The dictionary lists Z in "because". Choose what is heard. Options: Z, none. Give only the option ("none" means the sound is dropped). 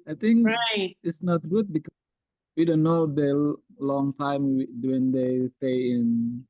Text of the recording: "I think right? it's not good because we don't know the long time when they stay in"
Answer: none